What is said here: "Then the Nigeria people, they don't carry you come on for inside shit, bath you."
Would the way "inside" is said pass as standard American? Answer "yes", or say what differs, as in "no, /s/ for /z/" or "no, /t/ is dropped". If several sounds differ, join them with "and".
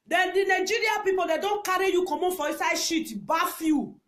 no, /n/ is dropped